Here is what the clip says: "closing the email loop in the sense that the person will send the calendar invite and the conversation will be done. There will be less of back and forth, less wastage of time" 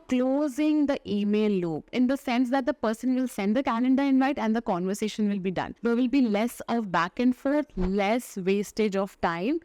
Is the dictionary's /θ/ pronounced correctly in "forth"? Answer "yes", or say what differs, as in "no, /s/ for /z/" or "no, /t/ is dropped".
no, /t/ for /θ/